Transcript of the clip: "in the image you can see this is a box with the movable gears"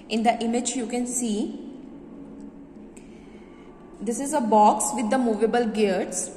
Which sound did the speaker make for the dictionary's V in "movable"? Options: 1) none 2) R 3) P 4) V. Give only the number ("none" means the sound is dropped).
4